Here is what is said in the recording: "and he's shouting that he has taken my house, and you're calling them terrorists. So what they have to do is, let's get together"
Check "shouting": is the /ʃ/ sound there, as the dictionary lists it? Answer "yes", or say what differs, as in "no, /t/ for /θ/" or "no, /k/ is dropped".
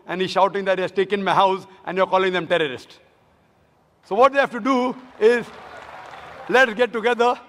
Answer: yes